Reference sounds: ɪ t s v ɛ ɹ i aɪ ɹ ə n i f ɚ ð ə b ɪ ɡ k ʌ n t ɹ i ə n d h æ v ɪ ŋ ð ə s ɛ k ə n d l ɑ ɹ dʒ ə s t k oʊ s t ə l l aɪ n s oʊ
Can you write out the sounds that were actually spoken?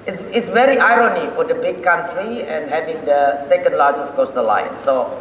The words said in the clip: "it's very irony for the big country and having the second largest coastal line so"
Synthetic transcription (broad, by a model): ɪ t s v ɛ ɹ i aɪ ɹ ə n i f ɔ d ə b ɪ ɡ k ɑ n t ɹ i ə n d h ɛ v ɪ ŋ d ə s ɛ k ə n d l ɑ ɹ dʒ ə s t k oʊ s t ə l l aɪ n s oʊ